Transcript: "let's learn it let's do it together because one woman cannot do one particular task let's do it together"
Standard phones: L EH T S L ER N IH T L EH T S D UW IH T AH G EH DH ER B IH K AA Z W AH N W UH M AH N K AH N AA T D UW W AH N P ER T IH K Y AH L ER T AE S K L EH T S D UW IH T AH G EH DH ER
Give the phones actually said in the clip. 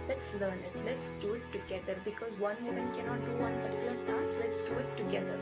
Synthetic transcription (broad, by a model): L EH T S L ER N IH T L EH T S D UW IH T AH G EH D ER B IH K AA Z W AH N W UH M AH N K AH N AA T D UW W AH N B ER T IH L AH N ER S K L EH T S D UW IH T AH G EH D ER